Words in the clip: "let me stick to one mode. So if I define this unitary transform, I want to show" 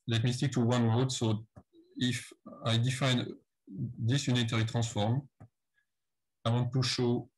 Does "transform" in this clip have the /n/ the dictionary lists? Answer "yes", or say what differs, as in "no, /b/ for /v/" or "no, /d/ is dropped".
no, /n/ is dropped